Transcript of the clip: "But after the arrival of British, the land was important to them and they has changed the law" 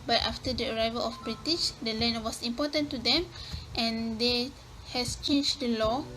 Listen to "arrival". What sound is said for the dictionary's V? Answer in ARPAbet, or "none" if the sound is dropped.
V